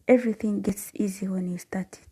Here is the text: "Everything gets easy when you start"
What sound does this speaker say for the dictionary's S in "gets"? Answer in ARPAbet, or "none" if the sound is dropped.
S